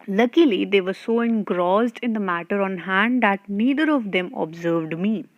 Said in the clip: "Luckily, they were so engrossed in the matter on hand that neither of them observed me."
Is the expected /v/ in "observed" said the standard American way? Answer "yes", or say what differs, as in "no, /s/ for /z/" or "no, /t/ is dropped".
yes